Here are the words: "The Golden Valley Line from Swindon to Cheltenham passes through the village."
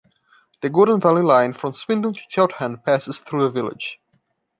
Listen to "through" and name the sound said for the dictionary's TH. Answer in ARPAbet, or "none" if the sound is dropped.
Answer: TH